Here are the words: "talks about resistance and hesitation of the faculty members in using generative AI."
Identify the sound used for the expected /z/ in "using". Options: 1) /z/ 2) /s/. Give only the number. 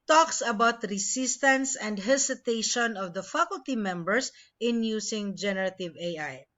2